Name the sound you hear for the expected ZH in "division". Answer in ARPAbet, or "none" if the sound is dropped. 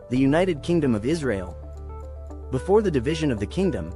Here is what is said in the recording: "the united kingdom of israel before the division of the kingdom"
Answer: ZH